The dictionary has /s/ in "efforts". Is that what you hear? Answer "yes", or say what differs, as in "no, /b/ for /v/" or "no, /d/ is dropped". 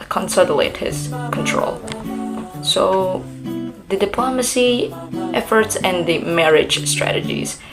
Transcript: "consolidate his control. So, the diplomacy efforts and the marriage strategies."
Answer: yes